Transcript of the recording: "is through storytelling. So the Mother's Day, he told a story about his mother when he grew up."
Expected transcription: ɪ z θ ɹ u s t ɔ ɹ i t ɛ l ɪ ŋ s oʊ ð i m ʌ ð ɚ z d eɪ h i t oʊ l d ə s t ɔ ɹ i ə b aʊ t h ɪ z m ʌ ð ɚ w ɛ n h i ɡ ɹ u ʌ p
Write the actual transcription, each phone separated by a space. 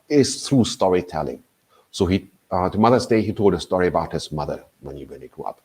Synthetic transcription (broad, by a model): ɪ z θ ɹ u s t ɔ ɹ i t ɛ l ɪ ŋ s oʊ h i m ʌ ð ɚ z d eɪ h i t oʊ l d ə s t ɔ ɹ i ə b aʊ t h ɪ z m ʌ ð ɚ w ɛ n h i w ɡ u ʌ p